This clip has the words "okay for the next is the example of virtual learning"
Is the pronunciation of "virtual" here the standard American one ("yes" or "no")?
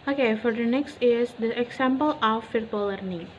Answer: no